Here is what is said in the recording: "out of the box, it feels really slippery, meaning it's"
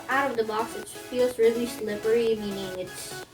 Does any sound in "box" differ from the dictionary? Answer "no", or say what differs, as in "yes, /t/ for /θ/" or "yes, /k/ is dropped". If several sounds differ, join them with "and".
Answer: yes, /k/ is dropped